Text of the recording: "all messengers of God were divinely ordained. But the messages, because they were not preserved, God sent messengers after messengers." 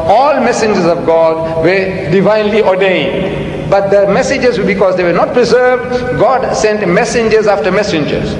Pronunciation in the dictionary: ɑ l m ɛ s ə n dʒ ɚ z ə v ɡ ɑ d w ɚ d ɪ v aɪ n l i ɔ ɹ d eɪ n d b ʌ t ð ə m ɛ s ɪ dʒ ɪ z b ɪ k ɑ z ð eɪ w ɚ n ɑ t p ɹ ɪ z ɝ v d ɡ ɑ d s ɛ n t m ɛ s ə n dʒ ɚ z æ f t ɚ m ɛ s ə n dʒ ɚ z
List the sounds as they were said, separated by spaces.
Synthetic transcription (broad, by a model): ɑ l m ɛ s ə n dʒ ɚ z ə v ɡ ɑ d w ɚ d ɪ v aɪ n l i ɔ ɹ d eɪ n d b ʌ t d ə m ɛ s ɪ dʒ ɪ z b ɪ k ɑ z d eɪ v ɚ n ɑ t p ɹ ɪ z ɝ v d ɡ ɑ d s ɛ n t m ɛ s ə n dʒ ɚ z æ f t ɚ m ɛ s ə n dʒ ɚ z